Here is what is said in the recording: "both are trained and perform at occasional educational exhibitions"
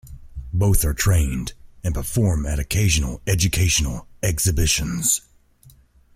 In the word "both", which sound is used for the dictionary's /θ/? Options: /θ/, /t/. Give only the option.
/θ/